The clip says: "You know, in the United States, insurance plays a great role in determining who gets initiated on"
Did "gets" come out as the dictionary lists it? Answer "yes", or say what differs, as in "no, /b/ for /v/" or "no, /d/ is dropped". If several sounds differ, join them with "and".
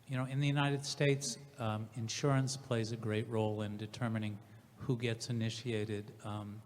yes